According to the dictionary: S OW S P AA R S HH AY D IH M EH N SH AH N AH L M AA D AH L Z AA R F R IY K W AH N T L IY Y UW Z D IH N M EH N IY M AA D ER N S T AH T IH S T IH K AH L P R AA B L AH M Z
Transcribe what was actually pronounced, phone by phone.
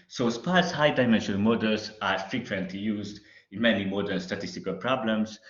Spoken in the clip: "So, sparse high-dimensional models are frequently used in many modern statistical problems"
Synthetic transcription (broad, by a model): S OW S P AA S HH AY D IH M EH N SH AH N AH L M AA D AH L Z AA R F R IY K W AH N T L IY Y UW Z D IH N M EH N IY M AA D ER L S T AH T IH S T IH K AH L P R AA B L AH M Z